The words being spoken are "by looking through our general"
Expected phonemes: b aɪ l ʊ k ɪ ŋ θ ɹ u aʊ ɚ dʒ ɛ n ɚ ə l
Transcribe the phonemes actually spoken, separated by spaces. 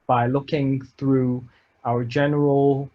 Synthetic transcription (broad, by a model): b aɪ l ʊ k ɪ ŋ θ ɹ u aʊ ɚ dʒ ɛ n ɚ ə l